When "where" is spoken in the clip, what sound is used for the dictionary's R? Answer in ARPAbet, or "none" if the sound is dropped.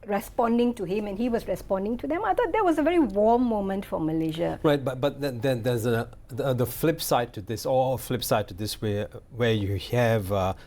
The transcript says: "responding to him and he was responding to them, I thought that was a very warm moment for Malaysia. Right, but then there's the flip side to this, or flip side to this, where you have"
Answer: W